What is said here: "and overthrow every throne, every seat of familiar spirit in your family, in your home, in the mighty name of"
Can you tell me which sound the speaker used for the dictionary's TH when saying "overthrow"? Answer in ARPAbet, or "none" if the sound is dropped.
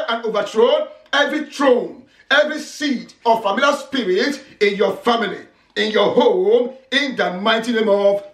T